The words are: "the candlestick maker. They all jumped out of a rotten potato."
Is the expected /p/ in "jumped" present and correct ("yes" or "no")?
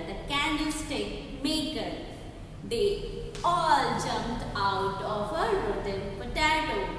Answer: no